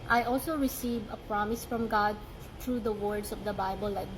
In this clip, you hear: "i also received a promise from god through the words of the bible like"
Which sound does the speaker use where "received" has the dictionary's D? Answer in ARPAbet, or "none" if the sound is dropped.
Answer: none